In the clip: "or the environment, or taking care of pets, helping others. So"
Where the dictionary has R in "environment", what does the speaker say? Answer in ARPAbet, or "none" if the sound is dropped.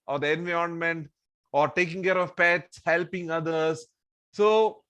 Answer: none